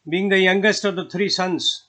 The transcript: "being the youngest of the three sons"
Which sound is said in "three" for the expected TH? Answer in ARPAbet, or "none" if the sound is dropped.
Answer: T